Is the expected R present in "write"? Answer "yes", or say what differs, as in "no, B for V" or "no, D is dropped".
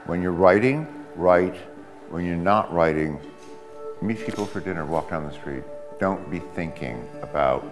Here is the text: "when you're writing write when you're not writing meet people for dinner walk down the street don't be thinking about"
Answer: yes